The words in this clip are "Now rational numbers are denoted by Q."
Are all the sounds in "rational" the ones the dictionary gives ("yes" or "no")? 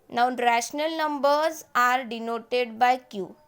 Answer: yes